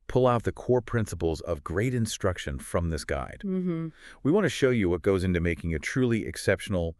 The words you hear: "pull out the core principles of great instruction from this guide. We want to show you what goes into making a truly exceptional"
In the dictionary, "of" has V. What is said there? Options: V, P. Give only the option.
V